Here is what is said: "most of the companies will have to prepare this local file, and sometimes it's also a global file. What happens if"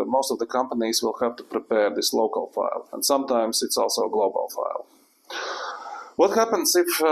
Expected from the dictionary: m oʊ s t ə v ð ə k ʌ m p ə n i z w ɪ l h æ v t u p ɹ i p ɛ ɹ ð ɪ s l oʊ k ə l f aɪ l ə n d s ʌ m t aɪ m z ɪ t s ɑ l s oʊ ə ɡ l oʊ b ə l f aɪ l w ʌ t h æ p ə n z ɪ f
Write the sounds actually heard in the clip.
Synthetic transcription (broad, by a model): m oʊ s t ə v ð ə k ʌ m p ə n i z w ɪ l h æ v t u p ɹ i p ɛ ɹ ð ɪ s l oʊ k ə l f aɪ l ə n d s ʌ m t aɪ m s ɪ t s ɑ l s oʊ ə ɡ l oʊ b ə l f aɪ l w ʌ t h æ p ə n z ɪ f